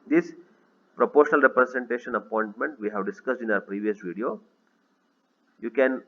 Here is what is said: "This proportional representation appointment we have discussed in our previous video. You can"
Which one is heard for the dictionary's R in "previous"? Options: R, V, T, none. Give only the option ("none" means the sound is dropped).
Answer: R